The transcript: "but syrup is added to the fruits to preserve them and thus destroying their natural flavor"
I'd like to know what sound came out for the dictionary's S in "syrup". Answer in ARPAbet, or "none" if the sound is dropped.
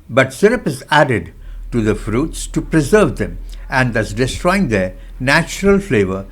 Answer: S